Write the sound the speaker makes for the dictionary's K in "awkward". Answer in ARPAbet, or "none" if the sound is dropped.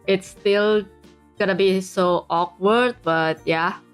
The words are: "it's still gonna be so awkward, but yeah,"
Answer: K